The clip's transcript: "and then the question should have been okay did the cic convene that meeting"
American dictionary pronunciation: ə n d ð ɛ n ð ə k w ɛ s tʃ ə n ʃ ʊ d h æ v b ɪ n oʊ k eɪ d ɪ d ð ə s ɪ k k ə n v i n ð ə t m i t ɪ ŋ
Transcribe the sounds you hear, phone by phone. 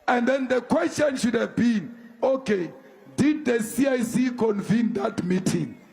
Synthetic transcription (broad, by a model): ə n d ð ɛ n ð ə k w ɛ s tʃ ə n ʃ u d h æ v b ɪ n oʊ k eɪ d ɪ d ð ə s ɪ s k ə n v i n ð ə t m i t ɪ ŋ